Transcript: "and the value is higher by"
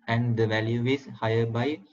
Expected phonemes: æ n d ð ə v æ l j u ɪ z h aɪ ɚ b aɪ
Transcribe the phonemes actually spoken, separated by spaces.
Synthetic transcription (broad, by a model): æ n d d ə v æ l j u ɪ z h aɪ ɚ b aɪ